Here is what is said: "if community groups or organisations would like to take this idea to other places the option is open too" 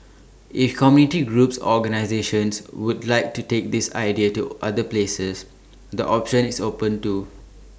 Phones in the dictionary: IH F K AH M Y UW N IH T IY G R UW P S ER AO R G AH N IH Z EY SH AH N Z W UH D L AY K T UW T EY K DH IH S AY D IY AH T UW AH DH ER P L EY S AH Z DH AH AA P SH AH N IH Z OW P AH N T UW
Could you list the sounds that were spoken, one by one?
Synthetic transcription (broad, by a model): IH F K AH M Y UW N IH T IY G R UW P S AO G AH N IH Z EY SH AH N S W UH D L AY K T UW T EY K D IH S AY D IY AH T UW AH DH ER P L EY S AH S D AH AA P SH AH N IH S OW P AH N T UW